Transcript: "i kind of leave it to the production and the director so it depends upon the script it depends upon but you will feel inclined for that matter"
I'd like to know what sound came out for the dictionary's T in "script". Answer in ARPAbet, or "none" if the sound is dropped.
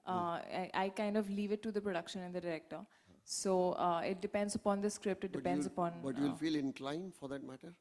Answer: T